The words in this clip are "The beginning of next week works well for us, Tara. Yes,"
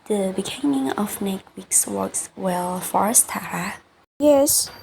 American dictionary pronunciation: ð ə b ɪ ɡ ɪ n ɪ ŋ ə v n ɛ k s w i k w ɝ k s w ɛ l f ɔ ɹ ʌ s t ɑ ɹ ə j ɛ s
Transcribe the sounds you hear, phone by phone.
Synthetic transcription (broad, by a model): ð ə b ɪ ɡ ɪ n ɪ ŋ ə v n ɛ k w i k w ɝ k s w ɛ l f ɔ ɹ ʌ s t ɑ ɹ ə j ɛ s